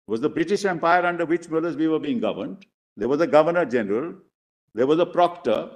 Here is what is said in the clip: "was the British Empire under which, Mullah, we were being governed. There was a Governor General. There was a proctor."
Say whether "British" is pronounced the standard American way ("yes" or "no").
yes